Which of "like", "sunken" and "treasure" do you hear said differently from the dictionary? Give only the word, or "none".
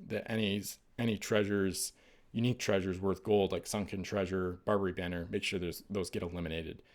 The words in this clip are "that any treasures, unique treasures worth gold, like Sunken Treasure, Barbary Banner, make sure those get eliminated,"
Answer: none